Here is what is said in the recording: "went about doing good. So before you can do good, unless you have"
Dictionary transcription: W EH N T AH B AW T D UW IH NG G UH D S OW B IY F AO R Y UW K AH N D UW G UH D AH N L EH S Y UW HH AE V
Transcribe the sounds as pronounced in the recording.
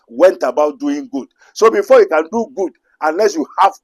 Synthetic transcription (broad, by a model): W EH N T AH B AW T D UW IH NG G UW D S OW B IY F AO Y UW K AH N D UW G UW D AH N L EH S Y UW HH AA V